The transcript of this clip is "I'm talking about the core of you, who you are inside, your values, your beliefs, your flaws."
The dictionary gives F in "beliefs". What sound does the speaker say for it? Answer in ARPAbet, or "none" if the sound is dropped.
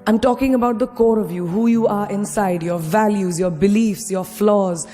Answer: F